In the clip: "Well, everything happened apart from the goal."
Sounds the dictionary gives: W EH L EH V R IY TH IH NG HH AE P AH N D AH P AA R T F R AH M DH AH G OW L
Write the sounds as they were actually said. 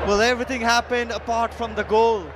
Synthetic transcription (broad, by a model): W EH L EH V R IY T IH NG HH AE P AH N D AH P AA R T F R AH M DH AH G OW L